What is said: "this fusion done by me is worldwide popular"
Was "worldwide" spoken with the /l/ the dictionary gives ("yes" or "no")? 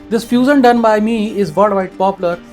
no